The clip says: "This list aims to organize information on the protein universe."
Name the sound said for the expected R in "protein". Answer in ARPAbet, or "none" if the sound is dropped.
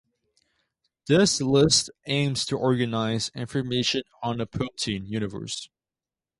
none